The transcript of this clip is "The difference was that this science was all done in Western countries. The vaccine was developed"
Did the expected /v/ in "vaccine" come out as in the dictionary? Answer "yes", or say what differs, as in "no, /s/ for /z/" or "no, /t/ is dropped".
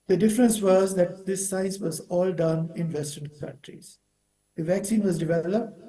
yes